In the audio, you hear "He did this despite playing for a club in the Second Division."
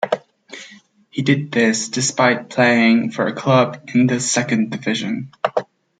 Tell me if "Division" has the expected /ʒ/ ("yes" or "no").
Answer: yes